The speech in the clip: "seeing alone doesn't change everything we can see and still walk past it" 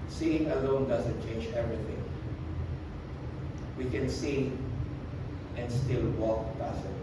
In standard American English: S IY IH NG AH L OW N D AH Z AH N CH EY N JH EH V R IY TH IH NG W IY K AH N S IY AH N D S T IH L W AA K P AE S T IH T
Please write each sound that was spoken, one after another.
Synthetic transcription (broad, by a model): S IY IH NG AH L OW N D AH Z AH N CH EY N JH EH V R IY TH IH NG W IY K AH N S IY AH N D S T IH L W AA K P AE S IH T